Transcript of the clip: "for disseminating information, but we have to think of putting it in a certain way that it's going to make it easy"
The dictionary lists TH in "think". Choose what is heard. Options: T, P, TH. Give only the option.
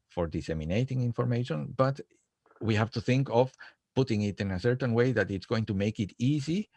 TH